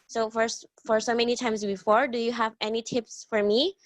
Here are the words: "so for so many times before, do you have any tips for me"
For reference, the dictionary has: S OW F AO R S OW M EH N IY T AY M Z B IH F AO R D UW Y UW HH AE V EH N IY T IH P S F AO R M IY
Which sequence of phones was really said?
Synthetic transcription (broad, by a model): S OW F AO R S OW M EH N IY T AY M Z B IH F AO R D UW Y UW HH AE V EH N IY T IH P S F AO R M IY